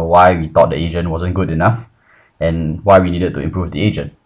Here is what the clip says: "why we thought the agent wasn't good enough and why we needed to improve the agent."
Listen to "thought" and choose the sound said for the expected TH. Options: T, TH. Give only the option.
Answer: T